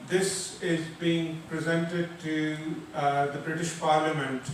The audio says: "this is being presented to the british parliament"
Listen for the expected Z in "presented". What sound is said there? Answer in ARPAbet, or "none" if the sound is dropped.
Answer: Z